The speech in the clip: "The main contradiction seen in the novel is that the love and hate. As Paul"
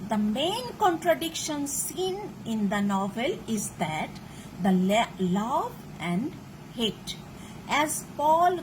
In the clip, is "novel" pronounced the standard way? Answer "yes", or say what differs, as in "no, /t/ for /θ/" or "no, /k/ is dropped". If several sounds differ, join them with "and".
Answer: yes